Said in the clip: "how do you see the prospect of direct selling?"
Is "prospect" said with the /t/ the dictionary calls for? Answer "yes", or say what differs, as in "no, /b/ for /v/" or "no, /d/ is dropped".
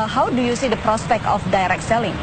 yes